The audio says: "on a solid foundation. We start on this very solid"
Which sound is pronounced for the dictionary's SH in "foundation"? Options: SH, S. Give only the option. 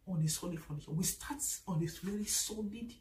S